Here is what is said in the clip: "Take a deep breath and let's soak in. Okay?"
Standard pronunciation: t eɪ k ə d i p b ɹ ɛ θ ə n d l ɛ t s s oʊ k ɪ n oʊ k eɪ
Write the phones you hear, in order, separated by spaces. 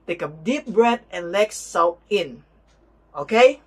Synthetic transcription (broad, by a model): t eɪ k ə d i p b ɹ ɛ t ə n l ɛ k s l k ɪ n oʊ k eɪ